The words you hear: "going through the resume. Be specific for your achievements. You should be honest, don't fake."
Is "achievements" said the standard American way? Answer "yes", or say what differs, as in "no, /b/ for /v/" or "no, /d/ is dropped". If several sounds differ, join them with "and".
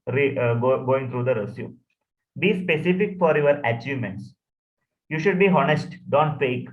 yes